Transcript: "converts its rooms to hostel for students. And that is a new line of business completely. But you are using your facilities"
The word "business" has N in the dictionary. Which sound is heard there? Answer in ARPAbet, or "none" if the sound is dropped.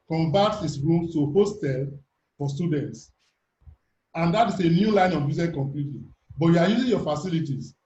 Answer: none